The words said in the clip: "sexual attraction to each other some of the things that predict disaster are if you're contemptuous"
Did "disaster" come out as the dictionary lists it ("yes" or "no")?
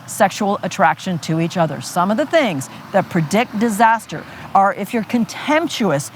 yes